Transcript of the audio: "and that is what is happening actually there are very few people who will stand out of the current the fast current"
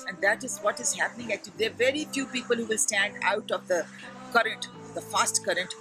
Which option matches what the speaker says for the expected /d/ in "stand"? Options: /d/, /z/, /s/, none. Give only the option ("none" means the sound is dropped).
/d/